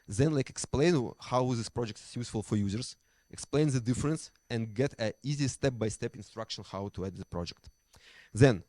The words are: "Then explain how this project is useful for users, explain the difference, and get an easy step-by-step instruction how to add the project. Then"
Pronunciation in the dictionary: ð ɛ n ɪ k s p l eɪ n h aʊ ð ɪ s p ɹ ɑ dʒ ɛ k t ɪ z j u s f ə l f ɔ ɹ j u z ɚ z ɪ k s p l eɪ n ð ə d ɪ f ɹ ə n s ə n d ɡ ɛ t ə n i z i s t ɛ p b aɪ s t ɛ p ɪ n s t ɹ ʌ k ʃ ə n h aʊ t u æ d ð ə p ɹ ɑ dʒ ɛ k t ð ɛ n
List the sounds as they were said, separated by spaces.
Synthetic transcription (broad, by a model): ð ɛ n ɪ k s p l eɪ n h aʊ ð ɪ s p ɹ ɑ dʒ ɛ k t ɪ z j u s f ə l f ɔ ɹ j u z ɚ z ɪ k s p l eɪ n ð ə d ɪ f ɹ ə n s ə n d ɡ ɛ t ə i z i s t ɛ p b aɪ s t ɛ p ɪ n s t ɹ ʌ k ʃ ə n h aʊ t u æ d ð ə p ɹ ɑ dʒ ɛ k t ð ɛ n